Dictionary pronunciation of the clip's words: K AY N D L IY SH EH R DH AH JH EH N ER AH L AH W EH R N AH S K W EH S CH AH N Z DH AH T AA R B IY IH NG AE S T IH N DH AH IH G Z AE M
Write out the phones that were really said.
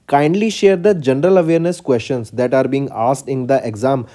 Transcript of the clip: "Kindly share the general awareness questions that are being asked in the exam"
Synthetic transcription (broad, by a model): K AY N D L IY SH EH R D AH JH EH N ER AH L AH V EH R N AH S K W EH S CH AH N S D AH T AA R B IY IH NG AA S T IH N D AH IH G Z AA M